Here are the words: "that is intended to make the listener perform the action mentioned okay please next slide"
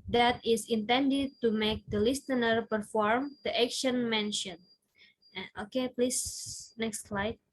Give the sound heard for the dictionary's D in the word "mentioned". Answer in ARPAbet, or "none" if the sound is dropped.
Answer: none